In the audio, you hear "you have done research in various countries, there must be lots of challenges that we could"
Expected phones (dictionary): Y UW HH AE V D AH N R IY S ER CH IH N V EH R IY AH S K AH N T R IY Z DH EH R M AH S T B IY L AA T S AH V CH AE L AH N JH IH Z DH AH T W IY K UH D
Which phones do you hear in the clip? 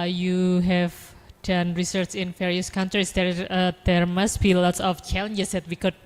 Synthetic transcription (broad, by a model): Y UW HH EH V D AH N R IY S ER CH IH N F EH R IY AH S K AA N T R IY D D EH R M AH S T B IY L AA T S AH F CH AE L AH N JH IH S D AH T W IY K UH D